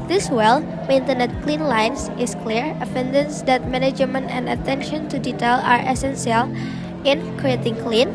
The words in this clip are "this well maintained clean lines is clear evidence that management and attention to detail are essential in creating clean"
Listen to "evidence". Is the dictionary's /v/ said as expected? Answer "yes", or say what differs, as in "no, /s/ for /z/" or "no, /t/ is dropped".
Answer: no, /f/ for /v/